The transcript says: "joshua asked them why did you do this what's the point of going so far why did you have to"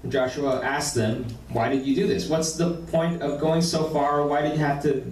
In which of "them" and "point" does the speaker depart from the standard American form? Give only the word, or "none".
none